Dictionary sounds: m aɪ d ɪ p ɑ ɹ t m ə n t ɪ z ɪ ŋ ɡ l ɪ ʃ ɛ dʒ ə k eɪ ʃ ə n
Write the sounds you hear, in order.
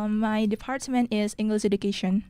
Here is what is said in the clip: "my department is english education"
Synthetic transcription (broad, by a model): m aɪ d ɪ p ɑ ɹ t m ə n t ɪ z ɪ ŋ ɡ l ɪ s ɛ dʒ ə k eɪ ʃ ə n